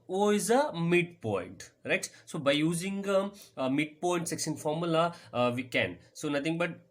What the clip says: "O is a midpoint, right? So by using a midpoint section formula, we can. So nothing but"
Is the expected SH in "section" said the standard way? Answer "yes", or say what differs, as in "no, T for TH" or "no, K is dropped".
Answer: no, S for SH